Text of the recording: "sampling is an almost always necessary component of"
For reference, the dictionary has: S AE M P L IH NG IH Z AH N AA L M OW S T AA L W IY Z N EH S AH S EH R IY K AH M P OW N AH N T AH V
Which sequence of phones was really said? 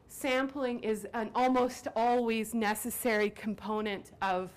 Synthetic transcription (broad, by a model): S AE M P L IH NG IH Z AH N AA L M OW S T AA L W IY Z N EH S AH S EH R IY K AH M P OW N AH N T AH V